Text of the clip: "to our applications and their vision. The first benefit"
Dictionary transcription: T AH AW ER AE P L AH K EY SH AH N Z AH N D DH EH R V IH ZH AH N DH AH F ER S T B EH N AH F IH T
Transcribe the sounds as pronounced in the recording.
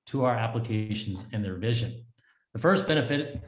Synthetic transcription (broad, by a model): T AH AW ER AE P L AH K EY SH N Z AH N DH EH R V IH ZH AH N DH AH F ER S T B EH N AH F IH T